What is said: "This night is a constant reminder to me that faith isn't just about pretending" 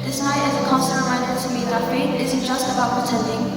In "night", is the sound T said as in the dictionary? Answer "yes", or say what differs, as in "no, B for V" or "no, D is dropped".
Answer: no, T is dropped